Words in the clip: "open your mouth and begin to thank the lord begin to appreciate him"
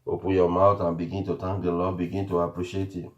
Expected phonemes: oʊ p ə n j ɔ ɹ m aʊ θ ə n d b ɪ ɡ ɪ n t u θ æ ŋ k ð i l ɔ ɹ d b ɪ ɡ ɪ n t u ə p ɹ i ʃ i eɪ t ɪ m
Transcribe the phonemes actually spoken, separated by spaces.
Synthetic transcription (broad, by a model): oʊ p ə j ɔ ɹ m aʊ t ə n b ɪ ɡ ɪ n t u t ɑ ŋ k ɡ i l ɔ b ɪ ɡ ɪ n t u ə p ɹ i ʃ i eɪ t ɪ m